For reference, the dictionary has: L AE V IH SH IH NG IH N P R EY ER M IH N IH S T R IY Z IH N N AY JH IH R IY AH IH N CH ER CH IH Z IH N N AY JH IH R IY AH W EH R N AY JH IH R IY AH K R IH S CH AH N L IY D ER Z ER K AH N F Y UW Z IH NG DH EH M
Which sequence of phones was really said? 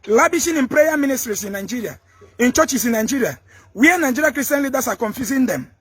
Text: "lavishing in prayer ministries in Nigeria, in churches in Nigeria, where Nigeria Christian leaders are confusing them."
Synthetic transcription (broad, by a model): L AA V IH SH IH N IH N P R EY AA M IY N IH S T R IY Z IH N N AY JH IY R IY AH IH N CH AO CH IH S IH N N AY JH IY R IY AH W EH N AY JH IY R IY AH K R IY S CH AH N L IY D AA S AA K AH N F Y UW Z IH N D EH M